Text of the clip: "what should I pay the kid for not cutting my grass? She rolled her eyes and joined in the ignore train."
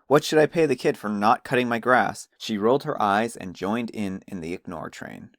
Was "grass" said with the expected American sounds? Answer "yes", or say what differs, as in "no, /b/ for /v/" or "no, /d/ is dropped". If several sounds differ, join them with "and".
yes